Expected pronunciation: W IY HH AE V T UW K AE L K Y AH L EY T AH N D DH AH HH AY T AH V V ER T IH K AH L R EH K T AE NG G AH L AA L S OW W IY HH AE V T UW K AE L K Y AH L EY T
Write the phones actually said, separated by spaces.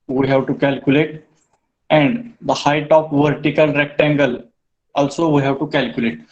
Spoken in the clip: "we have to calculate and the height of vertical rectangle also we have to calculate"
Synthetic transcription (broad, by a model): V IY HH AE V T UW K AE L K Y AH L EY T AH N D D AH HH AY T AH P V ER T IH K AH L R EH K T AE NG G AH L AA L S OW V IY HH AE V T UW K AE L K Y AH L EY T